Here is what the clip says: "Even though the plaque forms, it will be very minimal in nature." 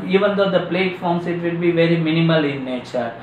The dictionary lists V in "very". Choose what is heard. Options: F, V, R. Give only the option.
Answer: V